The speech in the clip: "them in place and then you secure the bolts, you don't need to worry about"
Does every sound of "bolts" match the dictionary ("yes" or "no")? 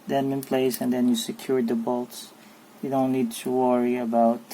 yes